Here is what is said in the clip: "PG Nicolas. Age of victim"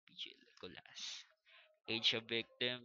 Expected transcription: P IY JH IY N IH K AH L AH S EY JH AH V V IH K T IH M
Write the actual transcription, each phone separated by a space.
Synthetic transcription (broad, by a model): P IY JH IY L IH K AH L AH S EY CH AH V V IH K T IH M